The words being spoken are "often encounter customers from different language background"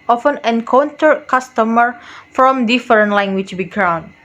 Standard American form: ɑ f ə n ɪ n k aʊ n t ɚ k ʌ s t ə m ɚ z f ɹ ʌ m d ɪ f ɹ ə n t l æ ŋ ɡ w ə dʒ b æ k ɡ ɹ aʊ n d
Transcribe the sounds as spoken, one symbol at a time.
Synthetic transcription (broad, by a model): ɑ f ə n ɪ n k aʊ n t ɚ k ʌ s t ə m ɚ f ɹ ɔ m d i f ɹ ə n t l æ ŋ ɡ w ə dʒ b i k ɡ ɹ aʊ n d